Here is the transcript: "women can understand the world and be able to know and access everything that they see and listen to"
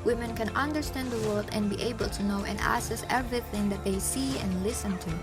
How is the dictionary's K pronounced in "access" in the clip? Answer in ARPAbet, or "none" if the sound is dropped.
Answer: none